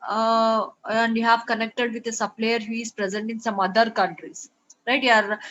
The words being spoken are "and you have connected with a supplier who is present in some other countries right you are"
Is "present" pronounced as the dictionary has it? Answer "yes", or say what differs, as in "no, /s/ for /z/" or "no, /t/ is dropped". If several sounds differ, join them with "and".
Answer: yes